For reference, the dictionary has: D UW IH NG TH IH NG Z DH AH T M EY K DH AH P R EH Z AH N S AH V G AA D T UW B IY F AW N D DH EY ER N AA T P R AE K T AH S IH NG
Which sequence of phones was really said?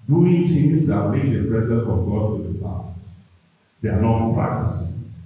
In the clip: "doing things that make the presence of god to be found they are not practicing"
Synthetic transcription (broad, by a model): D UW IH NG T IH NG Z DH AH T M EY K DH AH B R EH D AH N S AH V G AA D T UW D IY P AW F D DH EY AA N AA T P R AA K T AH S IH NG